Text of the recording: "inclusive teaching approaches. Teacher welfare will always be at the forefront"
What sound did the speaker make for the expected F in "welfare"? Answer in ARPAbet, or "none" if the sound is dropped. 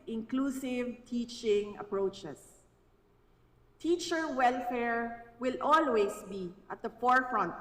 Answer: F